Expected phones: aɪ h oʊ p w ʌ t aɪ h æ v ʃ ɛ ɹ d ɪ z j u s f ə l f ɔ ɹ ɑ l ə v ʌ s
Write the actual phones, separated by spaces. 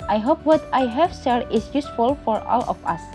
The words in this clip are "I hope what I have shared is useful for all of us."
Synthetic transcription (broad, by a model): aɪ h oʊ p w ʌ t aɪ h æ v s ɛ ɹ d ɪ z j u s f ə l f ɔ ɹ ɑ l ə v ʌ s